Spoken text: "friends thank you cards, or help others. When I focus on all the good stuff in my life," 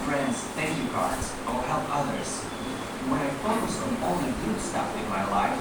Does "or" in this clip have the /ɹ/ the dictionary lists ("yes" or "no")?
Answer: no